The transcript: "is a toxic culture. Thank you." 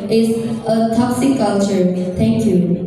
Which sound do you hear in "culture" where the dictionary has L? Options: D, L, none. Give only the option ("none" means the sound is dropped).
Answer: L